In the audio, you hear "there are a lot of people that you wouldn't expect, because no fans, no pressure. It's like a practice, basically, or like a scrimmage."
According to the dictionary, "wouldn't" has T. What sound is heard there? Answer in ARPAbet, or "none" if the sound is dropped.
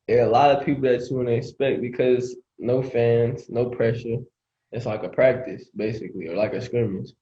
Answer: none